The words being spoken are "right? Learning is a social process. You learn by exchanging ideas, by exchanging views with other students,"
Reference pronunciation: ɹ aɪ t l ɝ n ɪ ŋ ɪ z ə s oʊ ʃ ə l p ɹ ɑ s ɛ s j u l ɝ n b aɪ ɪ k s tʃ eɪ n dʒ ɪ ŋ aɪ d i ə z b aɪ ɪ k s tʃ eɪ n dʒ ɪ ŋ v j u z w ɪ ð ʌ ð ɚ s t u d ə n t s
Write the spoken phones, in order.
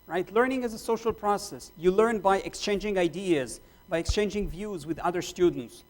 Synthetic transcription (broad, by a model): ɹ aɪ t l ɝ n ɪ ŋ ɪ z ə s oʊ ʃ ə l p ɹ ɑ s ɛ s j u l ɝ n b aɪ ɪ k s tʃ eɪ n dʒ ɪ ŋ aɪ d i ə z b aɪ ɪ k s tʃ eɪ n dʒ ɪ ŋ v j u z w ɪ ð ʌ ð ɚ s t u d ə n t s